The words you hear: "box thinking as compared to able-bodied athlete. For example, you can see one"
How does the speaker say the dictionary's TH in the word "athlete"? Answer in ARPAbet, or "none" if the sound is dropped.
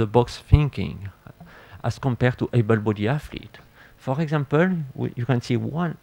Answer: F